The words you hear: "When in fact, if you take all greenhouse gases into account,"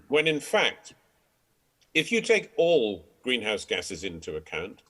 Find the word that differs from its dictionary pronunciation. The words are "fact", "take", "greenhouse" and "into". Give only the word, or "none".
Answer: none